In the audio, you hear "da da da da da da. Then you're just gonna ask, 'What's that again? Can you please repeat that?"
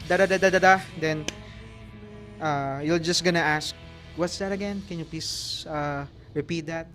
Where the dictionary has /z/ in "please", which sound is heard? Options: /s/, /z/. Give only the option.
/s/